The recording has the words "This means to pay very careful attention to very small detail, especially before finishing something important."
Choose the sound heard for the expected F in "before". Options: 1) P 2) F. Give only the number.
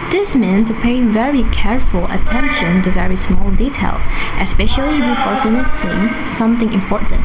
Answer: 1